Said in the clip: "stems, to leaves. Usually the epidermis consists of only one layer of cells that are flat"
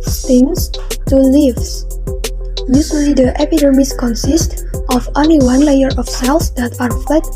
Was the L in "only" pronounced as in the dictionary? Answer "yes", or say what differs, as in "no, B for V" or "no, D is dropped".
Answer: no, L is dropped